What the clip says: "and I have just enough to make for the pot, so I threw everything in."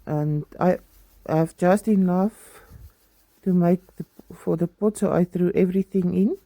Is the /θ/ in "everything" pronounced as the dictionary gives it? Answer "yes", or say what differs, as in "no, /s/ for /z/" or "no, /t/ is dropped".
yes